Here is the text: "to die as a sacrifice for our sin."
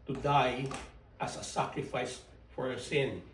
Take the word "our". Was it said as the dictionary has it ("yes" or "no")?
yes